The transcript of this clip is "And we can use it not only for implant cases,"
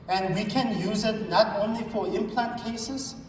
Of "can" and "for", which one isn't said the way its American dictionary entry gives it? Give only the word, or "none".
none